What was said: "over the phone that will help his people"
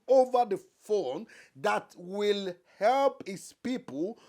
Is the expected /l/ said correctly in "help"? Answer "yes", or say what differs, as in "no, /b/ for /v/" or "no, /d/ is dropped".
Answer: yes